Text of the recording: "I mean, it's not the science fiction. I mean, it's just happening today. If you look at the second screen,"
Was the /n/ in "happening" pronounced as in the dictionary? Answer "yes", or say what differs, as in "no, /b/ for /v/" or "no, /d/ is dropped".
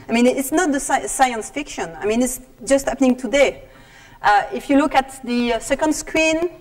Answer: yes